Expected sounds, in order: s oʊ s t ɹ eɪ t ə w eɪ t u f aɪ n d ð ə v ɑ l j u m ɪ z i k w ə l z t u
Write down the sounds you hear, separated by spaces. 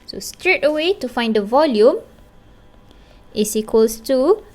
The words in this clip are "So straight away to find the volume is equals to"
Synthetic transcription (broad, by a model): s oʊ s t ɹ eɪ t ə w eɪ t u f aɪ n d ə v ɑ l j u m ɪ s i k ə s t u